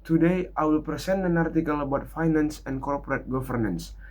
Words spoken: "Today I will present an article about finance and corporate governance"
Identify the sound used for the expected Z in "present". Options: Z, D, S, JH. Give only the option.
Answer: S